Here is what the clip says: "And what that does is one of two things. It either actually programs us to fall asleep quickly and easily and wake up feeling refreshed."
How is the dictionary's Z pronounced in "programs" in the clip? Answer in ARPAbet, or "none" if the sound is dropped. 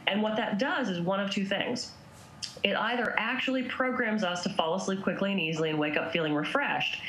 Z